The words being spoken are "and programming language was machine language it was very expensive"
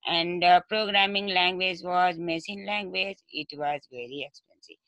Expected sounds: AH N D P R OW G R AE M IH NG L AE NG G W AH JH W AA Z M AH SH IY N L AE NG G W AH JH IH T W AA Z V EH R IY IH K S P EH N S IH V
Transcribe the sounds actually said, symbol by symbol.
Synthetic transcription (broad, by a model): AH N D P R OW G R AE M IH NG L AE NG G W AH JH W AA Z M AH S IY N L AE NG G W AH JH IH T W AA Z V EH R IY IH K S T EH N S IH